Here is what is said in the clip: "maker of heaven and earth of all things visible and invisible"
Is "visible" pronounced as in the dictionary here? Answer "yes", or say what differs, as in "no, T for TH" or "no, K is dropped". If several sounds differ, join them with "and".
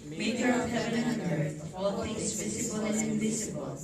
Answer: no, S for Z